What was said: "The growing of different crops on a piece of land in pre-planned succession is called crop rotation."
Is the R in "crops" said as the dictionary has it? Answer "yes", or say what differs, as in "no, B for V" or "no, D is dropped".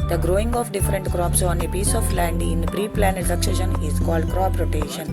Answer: yes